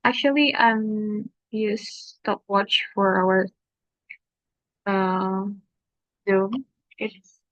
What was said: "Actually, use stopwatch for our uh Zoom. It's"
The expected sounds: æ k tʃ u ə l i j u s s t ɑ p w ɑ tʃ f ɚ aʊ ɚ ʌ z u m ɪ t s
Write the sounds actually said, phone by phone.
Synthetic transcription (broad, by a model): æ k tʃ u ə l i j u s s t ɑ p w ɑ tʃ f ɚ aʊ ɚ ʌ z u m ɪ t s